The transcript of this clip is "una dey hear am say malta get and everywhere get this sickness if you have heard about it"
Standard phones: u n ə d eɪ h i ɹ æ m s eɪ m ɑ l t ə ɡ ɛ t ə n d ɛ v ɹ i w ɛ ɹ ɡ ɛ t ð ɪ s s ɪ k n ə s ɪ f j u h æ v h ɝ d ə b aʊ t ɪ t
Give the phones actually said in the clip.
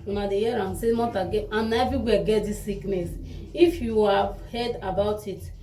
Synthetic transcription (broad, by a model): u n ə d eɪ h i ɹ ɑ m s eɪ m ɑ t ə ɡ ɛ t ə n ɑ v i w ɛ ɡ ɛ t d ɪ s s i k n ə s ɪ f j u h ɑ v h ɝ d ə b aʊ t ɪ t